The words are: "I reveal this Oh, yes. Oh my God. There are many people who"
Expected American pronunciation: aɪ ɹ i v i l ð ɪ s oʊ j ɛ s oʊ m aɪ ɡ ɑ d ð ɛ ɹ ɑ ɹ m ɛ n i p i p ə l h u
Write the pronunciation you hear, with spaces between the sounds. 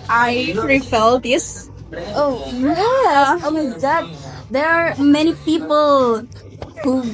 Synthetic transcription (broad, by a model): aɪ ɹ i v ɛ l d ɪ s oʊ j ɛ oʊ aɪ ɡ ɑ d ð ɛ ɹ ɑ ɹ m ɛ n i p i p ə l h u